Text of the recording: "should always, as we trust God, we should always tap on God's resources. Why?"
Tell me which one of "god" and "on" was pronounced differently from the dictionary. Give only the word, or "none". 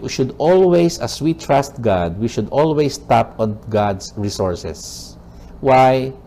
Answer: none